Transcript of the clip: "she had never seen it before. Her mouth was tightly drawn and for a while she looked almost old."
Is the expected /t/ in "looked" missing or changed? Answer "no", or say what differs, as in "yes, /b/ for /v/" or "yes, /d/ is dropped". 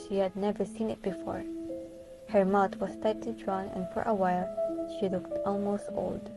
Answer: no